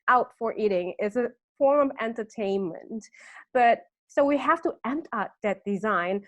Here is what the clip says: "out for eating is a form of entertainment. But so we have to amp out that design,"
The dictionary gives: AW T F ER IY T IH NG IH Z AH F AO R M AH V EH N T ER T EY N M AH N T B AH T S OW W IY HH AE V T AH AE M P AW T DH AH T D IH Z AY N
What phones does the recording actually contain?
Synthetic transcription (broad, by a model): AW T F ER IY T IH NG IH Z AH F AO R AH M EH N T ER T EY N M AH N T B AH T S OW W IY HH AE F T AH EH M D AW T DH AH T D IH Z AY N